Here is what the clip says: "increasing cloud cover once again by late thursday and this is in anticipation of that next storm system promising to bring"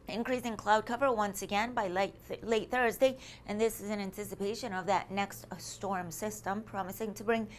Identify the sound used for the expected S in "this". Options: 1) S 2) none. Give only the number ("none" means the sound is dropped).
1